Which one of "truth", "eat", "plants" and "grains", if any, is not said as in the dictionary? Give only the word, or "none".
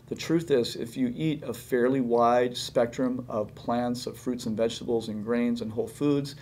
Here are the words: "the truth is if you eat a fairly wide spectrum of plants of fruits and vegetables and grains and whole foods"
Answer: none